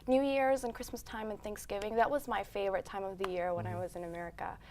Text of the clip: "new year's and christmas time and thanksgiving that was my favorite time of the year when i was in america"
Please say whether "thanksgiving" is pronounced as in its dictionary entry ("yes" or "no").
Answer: yes